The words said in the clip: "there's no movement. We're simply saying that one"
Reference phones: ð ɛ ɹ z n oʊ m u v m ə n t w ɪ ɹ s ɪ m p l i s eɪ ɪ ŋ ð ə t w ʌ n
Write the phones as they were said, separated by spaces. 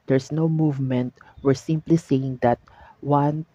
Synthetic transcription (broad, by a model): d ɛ ɹ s n oʊ m u v m ə n t w ɪ ɹ s ɪ m p l i s eɪ ɪ ŋ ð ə t w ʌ n